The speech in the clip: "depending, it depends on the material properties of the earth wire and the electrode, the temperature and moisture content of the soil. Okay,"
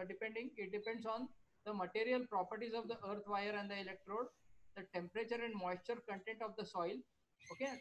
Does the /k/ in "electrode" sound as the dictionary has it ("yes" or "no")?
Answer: yes